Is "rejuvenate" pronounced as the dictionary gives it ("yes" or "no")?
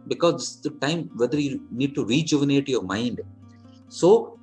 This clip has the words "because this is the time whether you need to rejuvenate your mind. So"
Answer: yes